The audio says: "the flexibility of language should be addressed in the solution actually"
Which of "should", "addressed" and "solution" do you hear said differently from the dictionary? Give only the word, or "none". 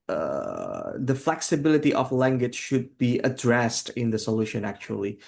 none